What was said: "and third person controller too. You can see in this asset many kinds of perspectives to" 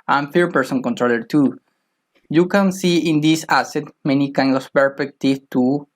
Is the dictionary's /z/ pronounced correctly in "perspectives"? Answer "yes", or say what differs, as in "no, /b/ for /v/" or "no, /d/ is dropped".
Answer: no, /z/ is dropped